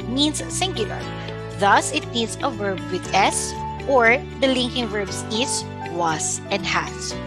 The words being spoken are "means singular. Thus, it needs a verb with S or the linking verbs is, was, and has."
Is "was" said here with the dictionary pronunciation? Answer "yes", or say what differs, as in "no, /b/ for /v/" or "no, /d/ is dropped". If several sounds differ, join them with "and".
no, /s/ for /z/